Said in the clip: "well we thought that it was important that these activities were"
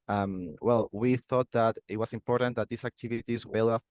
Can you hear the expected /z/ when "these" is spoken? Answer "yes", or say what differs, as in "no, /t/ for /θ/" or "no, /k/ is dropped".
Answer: no, /s/ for /z/